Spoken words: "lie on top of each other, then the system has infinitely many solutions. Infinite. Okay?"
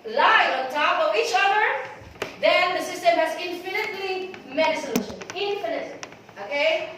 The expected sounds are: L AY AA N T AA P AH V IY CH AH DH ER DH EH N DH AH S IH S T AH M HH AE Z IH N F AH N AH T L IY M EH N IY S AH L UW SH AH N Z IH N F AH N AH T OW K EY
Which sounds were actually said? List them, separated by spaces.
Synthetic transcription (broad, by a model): L AY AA N T AA P AH V IY CH AH DH ER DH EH N DH AH S IH S T AH M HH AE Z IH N F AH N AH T L IY M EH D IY S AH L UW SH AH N IH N F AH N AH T OW K EY